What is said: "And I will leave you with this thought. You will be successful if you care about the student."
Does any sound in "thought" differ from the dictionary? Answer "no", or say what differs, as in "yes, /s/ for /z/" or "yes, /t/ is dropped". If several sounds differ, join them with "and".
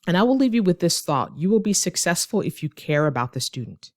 no